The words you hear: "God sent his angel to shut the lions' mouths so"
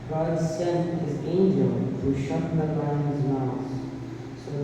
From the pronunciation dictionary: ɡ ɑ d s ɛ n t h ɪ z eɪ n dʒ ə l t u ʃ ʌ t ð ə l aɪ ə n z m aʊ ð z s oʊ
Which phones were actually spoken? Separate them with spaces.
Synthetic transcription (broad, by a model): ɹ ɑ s s ɛ n t h ɪ z eɪ n dʒ ə l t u ʃ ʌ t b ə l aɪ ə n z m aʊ z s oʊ